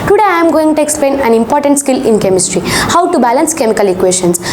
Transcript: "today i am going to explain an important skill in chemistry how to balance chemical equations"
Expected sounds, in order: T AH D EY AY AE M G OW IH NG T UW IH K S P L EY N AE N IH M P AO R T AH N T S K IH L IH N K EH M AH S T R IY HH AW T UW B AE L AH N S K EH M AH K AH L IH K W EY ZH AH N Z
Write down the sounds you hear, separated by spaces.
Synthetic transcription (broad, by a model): T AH D EY AY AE M G OW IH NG T UW IH K S P L EY N AE N IH M P AO R T AH N T S K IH L IH N K EH M AH S T R IY HH AW T UW B AE L AH N S K EH M AH K AH L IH K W EY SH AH N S